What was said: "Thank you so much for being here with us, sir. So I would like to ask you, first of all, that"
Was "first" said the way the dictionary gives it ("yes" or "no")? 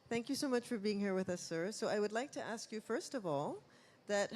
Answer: yes